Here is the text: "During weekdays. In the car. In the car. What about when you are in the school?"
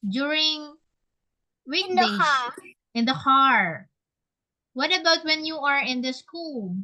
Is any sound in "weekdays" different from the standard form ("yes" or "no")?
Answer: yes